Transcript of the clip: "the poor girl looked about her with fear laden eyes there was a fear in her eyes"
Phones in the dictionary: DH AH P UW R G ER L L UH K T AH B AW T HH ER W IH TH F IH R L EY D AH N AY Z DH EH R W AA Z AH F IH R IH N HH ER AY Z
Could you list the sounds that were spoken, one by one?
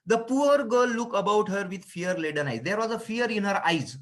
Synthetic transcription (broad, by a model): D AH P UW R G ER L L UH K AH B AW T HH ER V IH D F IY R L EY D AH N AY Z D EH R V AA Z AH F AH R IH N HH ER AY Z